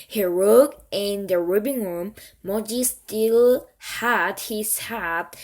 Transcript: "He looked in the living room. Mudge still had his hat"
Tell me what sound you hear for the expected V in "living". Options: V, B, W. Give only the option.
B